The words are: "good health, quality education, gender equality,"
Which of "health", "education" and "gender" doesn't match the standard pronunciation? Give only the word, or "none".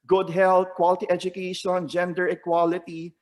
health